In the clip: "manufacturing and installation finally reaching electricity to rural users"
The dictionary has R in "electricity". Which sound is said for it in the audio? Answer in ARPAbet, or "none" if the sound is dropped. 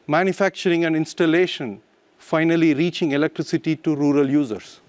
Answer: R